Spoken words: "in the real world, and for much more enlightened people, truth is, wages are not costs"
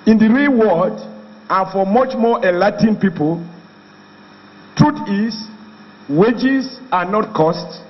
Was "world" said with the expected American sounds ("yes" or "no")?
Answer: no